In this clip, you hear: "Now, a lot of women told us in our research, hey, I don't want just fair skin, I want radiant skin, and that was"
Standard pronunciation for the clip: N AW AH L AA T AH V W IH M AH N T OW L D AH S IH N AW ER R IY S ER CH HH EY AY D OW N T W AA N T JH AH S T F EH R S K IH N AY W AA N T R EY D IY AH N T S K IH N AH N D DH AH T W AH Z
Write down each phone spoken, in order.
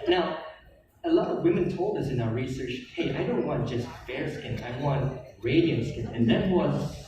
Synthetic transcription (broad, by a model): N AW AH L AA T AH V W IH M AH N T OW L D AH S IH N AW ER R IY S ER CH HH EY AY D OW N T W AA N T JH AH S T F EH R S K IH N AY W AA N T R EY D IY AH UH S K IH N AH N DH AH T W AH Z